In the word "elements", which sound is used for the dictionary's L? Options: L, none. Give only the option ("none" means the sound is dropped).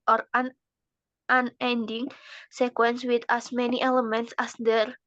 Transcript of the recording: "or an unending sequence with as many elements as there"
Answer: L